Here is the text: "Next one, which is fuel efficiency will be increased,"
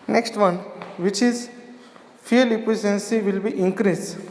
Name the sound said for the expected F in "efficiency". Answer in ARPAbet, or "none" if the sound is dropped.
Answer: P